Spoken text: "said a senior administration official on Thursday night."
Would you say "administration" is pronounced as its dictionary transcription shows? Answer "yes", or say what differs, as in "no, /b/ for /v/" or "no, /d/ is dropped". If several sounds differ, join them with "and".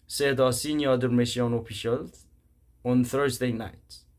no, /ʃ/ is dropped